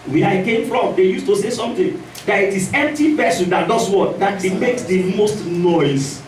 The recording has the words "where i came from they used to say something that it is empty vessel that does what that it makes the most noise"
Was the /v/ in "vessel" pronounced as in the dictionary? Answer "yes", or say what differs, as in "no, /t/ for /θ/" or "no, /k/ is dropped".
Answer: no, /p/ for /v/